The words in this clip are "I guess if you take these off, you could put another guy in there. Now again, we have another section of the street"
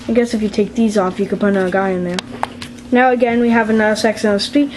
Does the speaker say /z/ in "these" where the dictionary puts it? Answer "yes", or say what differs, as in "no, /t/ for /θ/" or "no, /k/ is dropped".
yes